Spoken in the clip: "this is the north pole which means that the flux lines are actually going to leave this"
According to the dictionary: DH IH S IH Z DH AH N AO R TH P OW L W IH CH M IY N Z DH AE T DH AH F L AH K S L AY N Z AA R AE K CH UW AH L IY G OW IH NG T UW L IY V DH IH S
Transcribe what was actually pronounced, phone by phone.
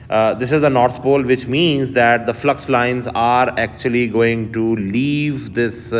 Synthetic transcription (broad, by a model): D IH S IH Z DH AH N AO R T P OW L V IH CH M IY N Z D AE T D AH F L AH K S L AY N Z AA R AE K CH UW AH L IY G OW IH NG T UW L IY V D IH S